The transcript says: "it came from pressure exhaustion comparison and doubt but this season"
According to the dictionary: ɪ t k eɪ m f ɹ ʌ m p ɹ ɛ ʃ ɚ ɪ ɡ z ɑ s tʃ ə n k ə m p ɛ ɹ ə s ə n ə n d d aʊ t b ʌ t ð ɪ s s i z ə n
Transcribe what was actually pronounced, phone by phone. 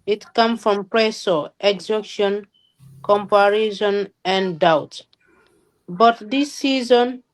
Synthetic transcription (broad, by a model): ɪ t k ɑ m f ɹ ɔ m p ɹ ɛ s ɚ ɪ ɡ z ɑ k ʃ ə n k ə m p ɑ ɹ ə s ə n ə n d d aʊ t b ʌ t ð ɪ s s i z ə n